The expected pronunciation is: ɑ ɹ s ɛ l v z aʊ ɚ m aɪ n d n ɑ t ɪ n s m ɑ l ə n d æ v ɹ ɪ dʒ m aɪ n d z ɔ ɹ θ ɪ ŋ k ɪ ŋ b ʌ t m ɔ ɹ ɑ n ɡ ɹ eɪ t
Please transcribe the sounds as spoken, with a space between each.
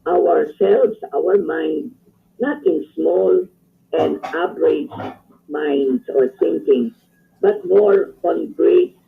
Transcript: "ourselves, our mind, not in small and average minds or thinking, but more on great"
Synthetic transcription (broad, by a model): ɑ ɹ s ɛ l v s aʊ ɚ m aɪ n d n ɑ t ɪ n s m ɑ l ə n d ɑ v ɹ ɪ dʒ m aɪ n d s ɔ ɹ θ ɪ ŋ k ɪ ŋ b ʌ t m ɔ ɹ ɑ n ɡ ɹ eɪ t